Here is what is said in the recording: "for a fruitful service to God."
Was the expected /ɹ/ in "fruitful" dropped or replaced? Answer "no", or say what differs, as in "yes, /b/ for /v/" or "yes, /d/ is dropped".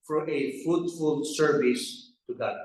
yes, /ɹ/ is dropped